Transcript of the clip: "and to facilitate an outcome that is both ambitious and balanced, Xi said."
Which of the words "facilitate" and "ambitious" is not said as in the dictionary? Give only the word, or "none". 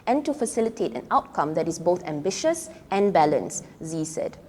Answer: none